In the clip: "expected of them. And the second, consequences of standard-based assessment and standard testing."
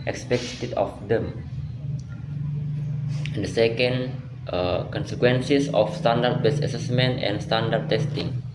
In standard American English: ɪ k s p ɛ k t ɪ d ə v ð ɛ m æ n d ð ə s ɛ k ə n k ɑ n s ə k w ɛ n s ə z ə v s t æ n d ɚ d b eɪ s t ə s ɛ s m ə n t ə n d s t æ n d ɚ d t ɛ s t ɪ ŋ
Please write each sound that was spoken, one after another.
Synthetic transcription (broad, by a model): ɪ k s p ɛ k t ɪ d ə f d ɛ m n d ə s ɛ k ə n k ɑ n s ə k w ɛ n s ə s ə f s t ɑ n d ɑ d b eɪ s ə s ɛ s m ə n t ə n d s t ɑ n d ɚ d t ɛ s t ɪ ŋ